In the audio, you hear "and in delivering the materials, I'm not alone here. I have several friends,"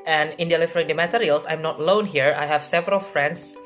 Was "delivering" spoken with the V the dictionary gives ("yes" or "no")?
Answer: no